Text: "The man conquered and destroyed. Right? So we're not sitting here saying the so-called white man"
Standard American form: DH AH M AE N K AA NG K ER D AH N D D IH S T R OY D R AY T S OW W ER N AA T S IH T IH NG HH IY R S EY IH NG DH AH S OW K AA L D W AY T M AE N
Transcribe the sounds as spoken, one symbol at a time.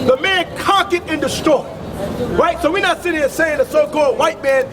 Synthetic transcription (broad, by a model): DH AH M AE N K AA K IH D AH N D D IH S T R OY R AY T S OW W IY N AA T S IH T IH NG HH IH S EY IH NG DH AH S OW K AA L D W AY T M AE N